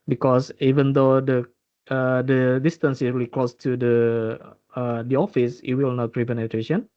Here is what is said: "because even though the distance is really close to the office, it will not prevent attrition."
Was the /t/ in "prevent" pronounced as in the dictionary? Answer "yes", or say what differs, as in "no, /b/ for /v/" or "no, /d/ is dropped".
no, /t/ is dropped